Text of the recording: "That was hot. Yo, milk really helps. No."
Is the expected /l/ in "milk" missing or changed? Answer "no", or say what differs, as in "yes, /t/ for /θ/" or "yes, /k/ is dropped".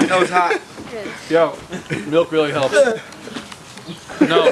no